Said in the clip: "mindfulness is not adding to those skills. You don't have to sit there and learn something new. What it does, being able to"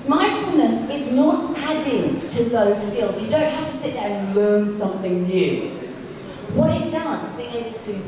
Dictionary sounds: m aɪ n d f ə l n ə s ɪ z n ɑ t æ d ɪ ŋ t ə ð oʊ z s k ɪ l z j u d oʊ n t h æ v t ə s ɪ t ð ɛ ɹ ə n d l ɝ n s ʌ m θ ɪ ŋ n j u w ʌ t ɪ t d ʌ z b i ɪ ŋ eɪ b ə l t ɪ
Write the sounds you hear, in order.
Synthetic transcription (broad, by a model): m aɪ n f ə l n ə s ɪ z n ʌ t æ d ɪ ŋ t ə ð oʊ z s k ɪ l z j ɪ d oʊ n t h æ f t ə s ɪ t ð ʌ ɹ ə n l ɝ n s ʌ m θ ɪ ŋ n j u w ʌ t ɪ t d ʌ z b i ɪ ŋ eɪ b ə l t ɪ